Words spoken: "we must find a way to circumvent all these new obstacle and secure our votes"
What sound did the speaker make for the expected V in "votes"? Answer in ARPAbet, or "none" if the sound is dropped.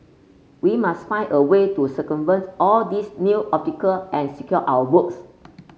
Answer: B